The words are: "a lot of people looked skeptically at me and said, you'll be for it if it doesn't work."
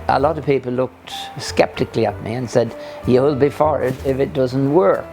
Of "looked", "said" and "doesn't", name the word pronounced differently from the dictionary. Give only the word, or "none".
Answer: none